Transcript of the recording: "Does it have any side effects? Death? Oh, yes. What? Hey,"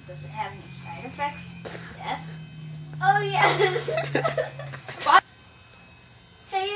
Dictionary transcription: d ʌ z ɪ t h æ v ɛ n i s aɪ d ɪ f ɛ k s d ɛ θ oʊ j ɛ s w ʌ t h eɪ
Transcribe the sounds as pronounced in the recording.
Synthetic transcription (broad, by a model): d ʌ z ɪ t h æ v ɛ n i s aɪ ɪ f ɛ k s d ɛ oʊ j ɛ s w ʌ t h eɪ